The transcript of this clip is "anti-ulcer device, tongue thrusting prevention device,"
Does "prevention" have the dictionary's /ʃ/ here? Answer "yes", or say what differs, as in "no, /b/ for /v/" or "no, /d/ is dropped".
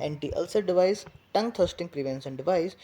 no, /s/ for /ʃ/